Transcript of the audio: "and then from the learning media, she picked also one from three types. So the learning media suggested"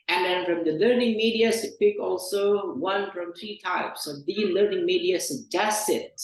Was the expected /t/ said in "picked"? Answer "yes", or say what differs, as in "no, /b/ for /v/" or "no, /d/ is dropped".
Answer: no, /t/ is dropped